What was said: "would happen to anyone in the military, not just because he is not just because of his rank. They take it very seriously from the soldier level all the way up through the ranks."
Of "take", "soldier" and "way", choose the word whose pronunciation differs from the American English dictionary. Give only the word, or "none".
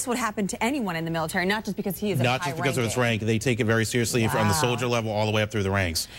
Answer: none